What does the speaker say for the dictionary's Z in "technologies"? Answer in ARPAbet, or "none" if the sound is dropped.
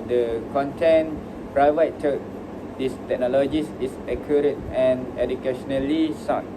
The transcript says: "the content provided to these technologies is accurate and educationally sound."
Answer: S